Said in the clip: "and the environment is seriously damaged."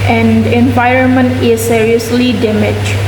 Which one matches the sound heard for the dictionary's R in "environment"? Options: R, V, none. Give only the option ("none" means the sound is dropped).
R